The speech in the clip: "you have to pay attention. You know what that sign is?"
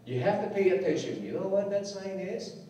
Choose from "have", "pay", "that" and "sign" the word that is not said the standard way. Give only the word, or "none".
have